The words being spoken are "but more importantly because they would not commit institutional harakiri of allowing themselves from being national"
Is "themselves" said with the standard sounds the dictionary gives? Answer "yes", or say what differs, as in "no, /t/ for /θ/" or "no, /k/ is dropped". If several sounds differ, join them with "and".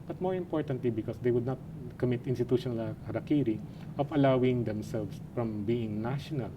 no, /s/ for /z/